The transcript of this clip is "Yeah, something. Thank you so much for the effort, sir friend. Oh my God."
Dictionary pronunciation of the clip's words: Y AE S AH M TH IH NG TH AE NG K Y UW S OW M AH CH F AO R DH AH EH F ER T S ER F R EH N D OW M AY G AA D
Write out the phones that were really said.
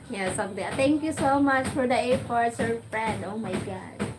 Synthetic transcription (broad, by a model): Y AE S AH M T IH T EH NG K Y UW S OW M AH CH F AO R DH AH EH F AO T S ER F R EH N D OW M AY G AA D